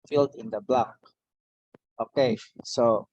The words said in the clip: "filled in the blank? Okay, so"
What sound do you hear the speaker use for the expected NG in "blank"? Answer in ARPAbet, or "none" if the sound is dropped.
none